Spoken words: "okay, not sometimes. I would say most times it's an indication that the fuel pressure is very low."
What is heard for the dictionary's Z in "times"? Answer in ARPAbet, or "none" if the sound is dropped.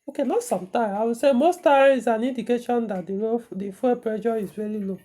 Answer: none